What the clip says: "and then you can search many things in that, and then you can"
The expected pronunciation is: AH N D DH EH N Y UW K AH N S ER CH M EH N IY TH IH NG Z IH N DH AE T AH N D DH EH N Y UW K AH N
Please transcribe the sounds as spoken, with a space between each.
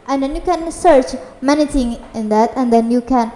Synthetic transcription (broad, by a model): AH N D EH N Y UW K AH N S ER CH M EH N IY T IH NG IH N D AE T AH N D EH N Y UW K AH N